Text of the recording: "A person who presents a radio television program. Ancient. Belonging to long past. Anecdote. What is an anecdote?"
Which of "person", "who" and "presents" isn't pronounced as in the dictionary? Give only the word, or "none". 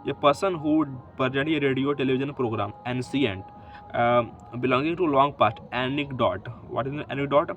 presents